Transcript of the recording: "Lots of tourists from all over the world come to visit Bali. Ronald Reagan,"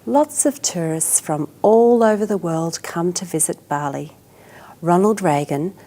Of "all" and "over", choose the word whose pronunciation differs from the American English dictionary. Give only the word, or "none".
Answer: none